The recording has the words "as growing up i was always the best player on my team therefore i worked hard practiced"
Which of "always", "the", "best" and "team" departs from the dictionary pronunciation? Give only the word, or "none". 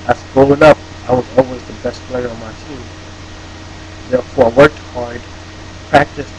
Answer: none